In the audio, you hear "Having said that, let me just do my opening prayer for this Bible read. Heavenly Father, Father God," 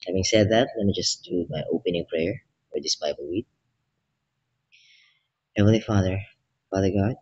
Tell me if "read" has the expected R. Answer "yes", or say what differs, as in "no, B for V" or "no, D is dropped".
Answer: no, W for R